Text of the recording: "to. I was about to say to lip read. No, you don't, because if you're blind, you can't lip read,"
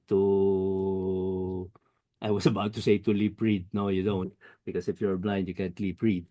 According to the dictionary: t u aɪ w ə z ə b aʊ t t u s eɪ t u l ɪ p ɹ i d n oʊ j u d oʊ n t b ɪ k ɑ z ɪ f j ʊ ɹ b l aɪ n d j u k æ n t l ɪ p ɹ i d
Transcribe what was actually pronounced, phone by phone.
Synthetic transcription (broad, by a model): t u aɪ w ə s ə b aʊ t t u s eɪ t u l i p ɹ i d n oʊ j u d oʊ n t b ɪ k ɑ s ɪ f j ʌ ɹ b l aɪ n d j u k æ n t l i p ɹ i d